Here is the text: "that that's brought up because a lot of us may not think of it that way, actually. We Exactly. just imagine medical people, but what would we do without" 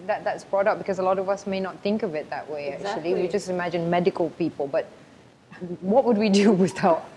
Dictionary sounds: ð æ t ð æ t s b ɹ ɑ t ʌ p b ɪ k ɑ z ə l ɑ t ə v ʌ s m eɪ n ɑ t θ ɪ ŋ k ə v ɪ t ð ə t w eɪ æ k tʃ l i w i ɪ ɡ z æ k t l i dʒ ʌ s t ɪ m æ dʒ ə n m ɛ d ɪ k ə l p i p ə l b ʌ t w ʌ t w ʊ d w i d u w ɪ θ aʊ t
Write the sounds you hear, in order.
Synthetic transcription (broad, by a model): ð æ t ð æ t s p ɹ ɑ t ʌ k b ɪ k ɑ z ə l ɑ t ə v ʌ s m eɪ n ɑ t θ ɪ ŋ k ə v ɪ t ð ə t w eɪ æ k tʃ i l i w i dʒ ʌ s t ɪ m æ dʒ ə n m ɛ d ɪ k ə l p i p ə l b ʌ t w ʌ t w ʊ d w i d u w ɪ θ aʊ t